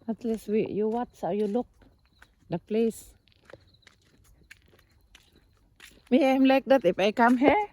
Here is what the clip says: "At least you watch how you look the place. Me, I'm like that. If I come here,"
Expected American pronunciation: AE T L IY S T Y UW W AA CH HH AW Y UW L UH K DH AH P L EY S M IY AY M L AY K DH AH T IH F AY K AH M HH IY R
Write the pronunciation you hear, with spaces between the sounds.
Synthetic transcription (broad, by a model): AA T L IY S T Y UW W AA S HH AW Y UW L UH K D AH P L EY S M IY AY M L AY K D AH T IH F AY K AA M HH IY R